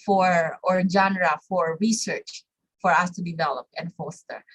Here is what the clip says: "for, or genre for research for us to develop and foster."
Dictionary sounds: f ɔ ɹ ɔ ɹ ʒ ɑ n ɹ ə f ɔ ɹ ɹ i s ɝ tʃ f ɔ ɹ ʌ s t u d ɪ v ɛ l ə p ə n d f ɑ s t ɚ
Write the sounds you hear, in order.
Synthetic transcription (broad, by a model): f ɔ ɹ ɔ ɹ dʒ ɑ n ɹ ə f ɔ ɹ ɹ i s ɝ tʃ f ɔ ɹ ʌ s t u d ɪ v ɛ l ə p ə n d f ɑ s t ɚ